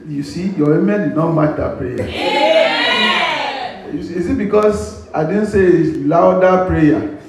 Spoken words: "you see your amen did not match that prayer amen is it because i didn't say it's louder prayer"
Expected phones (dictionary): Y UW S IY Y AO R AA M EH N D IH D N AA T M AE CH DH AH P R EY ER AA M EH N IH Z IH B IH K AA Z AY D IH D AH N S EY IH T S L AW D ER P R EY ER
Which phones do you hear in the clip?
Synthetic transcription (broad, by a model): Y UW S IY Y AO W AA M EH N D IH D N AA T M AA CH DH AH P R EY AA UW IH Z IH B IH K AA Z AY D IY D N S EY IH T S L AW D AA P R EY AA